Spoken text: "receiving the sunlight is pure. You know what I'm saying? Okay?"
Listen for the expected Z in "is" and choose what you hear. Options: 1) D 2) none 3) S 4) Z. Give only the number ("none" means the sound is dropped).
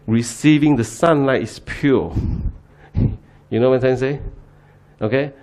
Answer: 3